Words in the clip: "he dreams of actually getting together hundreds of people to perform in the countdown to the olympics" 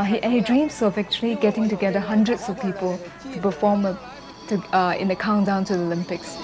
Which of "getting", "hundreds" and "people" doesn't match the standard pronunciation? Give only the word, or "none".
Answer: hundreds